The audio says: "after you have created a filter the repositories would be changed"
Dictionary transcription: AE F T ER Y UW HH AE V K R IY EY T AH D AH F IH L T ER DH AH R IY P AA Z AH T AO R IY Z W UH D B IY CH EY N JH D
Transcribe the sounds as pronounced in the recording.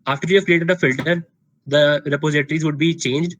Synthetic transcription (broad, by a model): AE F T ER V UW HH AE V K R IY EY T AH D AH F IH L T ER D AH R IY P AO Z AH T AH R IY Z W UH D B IY CH EY N JH D